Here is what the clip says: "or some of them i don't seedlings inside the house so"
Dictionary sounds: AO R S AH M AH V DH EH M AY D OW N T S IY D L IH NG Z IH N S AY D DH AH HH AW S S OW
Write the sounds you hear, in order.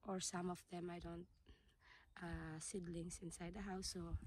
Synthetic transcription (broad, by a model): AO R S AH M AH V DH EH M AY D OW N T S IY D L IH NG S IH N S AY D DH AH HH AW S S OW